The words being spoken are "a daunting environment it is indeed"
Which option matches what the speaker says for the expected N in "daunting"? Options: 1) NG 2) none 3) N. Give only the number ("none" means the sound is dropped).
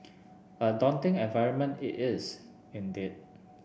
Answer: 3